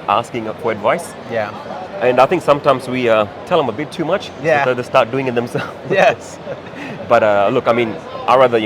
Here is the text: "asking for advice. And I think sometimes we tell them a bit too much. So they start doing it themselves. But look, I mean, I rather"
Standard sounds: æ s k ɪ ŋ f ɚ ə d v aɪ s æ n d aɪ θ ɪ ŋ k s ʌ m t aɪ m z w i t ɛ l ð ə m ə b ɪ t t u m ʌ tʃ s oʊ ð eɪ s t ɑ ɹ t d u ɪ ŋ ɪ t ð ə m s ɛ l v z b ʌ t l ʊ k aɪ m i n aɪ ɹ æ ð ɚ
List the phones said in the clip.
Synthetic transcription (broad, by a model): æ s k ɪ ŋ f ɚ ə d v aɪ s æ n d aɪ θ ɪ ŋ k s ʌ m t aɪ m z w i t ɛ l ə m ə b ɪ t t u m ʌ tʃ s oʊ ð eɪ s t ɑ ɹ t d u ɪ ŋ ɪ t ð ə m s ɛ l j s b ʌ t l ʊ k aɪ m i n aɪ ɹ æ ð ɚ